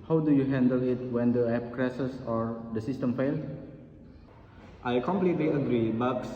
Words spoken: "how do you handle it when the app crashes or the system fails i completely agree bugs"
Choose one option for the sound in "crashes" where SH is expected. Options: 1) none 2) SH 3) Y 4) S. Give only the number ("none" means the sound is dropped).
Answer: 4